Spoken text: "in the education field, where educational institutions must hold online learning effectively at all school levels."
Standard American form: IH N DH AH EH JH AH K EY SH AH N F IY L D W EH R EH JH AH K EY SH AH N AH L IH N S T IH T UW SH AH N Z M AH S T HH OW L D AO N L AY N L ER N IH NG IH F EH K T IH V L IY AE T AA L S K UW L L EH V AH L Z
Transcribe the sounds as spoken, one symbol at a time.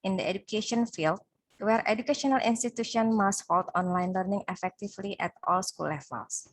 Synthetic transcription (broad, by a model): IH N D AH EH JH AH K EY SH AH N F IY L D W EH R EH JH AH K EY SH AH N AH L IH N S T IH T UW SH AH N M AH S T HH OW L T AO N L AY N L ER N IH NG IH F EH K T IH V L IY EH T AA L S K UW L L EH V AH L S